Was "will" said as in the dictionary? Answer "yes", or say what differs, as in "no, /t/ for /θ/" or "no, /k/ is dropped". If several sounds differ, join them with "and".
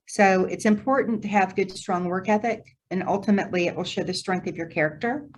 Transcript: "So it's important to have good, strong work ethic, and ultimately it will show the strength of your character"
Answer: yes